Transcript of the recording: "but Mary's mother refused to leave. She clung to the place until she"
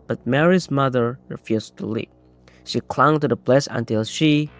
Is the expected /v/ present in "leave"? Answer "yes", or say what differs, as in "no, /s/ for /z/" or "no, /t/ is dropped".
no, /p/ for /v/